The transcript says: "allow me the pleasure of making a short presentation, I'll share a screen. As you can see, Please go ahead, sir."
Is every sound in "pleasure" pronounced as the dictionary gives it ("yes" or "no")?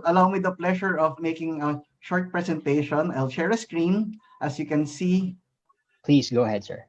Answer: no